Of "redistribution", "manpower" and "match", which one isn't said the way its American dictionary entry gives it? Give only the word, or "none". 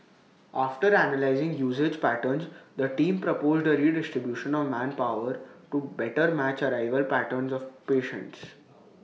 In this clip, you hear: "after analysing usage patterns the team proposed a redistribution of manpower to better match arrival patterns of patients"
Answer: none